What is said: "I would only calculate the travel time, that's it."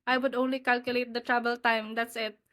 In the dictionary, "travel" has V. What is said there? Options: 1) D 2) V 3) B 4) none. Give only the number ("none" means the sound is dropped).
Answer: 3